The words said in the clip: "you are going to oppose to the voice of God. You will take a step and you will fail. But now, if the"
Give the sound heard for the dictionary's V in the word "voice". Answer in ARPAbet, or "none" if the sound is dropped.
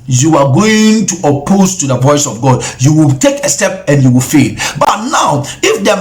P